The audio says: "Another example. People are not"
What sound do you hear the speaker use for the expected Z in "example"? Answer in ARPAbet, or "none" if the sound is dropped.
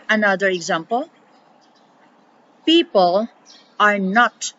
Z